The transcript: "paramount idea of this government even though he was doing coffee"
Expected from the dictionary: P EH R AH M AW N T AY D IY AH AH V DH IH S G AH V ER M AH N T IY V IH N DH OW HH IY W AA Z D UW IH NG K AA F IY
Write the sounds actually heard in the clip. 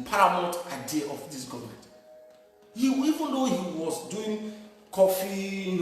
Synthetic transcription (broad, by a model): P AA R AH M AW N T AY D IY AH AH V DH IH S G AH V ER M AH N T IY V IH N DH OW HH IY W AA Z D UW IH NG K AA F IY